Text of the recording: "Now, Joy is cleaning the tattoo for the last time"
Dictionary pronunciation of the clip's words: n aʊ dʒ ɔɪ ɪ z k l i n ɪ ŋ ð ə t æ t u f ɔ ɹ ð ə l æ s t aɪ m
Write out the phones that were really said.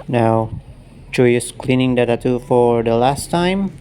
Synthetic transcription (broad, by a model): n aʊ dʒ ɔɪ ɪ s k l i n ɪ ŋ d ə t æ t u f ɔ ɹ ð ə l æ s t aɪ m